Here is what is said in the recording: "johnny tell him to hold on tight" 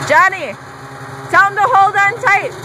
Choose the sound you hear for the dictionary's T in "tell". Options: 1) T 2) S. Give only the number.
2